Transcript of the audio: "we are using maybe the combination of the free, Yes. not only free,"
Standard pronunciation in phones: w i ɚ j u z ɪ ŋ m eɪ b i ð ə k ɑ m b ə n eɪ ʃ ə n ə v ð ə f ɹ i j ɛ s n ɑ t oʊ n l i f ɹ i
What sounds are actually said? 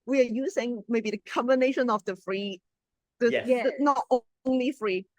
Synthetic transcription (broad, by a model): w i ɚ j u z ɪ ŋ m eɪ b i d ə k ɑ m b ə n eɪ ʃ ə n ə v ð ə f ɹ i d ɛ n ɑ t oʊ n l i f ɹ i